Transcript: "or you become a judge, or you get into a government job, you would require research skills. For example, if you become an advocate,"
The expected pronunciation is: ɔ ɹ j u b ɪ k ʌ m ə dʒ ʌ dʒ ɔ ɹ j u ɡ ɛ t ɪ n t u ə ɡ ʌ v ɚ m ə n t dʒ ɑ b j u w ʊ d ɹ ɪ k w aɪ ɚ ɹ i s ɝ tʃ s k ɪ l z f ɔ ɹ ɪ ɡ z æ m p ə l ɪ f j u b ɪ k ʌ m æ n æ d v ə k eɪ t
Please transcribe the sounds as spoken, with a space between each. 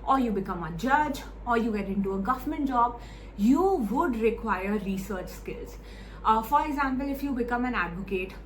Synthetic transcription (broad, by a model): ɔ ɹ j u b ɪ k ʌ m ə dʒ ʌ dʒ ɔ ɹ j u ɡ ɛ t ɪ n t u ə ɡ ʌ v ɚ m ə n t dʒ ɑ b j u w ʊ d ɹ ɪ k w aɪ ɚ ɹ i s ɝ tʃ s k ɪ l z f ɔ ɹ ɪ ɡ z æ m p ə l ɪ f j u b ɪ k ʌ m æ n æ d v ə k eɪ t